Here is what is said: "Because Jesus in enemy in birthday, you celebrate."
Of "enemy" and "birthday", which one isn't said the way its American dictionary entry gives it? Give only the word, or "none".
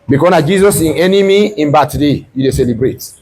birthday